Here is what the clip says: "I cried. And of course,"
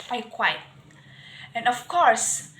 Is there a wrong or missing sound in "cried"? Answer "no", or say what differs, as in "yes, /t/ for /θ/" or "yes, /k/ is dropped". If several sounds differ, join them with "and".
yes, /w/ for /ɹ/